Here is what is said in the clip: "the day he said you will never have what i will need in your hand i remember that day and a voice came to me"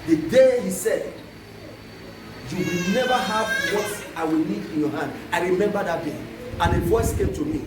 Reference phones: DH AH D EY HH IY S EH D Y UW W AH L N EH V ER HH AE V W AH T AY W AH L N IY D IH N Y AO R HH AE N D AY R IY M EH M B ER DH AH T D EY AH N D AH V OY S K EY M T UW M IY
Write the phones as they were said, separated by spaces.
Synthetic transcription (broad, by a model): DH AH D EY HH IY S EH D Y UW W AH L N EH V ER HH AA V W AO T AY W AH L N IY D IH N Y AO HH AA N D AY R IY M EH M B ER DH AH T D EY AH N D AH V OY S K EY M T UW M IY